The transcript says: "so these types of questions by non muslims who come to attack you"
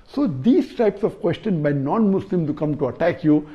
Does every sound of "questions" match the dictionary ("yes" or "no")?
no